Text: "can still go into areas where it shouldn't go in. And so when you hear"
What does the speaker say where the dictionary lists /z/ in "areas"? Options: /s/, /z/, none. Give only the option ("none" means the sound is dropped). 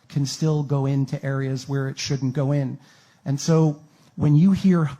/z/